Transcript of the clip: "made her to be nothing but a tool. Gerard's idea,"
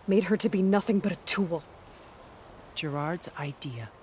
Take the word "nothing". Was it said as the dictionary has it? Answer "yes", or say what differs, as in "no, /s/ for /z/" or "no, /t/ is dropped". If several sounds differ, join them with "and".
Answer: yes